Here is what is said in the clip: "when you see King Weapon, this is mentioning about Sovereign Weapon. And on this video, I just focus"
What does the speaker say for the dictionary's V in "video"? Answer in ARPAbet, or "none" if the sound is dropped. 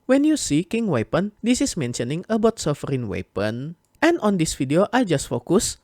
F